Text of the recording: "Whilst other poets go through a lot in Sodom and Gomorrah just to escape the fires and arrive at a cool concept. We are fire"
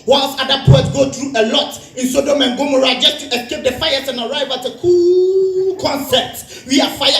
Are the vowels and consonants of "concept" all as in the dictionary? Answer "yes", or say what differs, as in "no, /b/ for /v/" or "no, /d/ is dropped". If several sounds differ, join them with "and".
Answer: no, /p/ is dropped